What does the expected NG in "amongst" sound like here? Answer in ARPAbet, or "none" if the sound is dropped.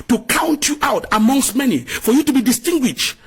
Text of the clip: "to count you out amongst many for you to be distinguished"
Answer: NG